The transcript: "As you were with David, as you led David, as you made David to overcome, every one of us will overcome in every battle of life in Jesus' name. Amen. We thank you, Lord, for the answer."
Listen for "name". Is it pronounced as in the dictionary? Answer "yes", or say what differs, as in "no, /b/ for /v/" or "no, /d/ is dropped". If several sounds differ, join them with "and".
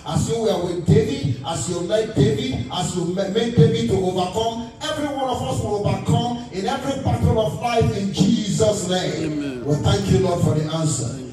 no, /m/ is dropped